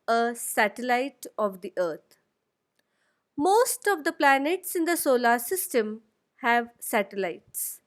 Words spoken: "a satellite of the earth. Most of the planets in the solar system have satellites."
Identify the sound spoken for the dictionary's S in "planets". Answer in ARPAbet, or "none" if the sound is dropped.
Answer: S